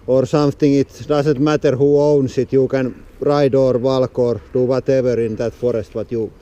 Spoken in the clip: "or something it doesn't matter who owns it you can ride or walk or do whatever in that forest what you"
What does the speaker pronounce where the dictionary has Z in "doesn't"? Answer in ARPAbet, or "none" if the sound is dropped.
S